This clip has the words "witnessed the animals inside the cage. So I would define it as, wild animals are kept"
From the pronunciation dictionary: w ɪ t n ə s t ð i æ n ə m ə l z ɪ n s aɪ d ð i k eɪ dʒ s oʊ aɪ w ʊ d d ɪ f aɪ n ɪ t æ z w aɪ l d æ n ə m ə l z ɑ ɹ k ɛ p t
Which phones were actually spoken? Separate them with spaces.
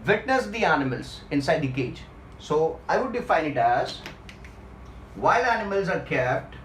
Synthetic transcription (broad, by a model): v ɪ t n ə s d i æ n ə m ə l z ɪ n s aɪ d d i k eɪ dʒ s oʊ aɪ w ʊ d d ɪ f aɪ n ɪ t æ z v aɪ l æ n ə m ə l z ɑ ɹ k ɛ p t